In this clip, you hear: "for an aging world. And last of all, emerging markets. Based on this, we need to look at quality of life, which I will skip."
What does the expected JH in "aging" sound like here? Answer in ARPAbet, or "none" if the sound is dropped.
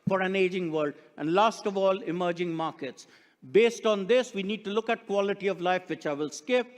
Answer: JH